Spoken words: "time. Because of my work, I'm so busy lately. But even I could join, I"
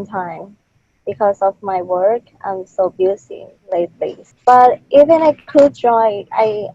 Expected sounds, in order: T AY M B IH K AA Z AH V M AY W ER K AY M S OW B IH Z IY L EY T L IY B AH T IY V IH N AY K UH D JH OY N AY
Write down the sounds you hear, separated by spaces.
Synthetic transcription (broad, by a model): T AY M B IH K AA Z AH V M AY W ER K AY M S OW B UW S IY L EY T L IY B AH T IY V IH N AY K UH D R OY AY